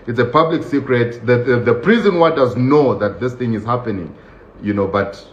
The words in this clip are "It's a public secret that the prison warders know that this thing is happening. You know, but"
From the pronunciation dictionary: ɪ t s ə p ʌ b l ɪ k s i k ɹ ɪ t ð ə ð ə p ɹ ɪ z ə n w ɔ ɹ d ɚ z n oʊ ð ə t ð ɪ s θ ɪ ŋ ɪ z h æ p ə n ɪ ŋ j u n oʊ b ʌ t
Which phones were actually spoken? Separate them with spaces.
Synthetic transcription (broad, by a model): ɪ t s ə p ʌ b l ɪ k s i k ɹ ɪ t ð ə ð ə p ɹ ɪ z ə n w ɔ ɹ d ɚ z n oʊ ð ə t ð ɪ s θ ɪ ŋ ɪ z h æ p ə n ɪ ŋ j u n oʊ b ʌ t